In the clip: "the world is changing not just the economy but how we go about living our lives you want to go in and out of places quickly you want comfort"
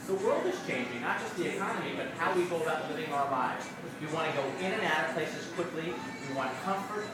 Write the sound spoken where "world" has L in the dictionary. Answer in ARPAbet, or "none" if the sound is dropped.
L